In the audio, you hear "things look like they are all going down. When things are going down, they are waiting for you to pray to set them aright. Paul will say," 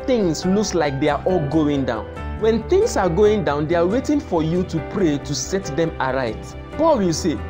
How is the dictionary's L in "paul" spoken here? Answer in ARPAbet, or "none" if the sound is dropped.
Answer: L